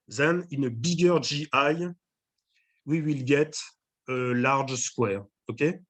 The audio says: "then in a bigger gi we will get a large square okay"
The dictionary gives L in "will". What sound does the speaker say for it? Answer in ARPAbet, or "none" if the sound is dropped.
L